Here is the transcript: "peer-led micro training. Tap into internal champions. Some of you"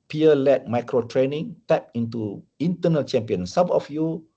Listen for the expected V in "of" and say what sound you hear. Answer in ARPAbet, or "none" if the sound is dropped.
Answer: F